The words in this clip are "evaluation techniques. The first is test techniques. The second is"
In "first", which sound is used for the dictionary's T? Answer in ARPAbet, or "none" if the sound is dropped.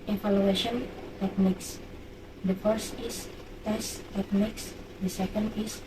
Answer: T